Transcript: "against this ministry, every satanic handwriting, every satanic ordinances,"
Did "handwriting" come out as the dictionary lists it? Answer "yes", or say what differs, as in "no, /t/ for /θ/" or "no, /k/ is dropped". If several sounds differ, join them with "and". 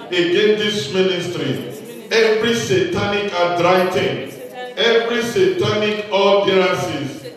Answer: no, /n/ is dropped